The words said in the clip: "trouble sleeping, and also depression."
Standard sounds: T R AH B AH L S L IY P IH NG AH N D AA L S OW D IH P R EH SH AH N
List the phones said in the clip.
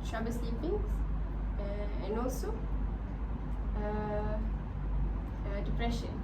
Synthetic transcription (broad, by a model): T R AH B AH S IY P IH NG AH N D AA L S OW D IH P R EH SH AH N